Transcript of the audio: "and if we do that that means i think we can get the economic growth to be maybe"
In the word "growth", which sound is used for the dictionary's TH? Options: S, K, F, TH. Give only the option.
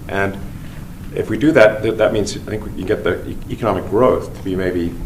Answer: TH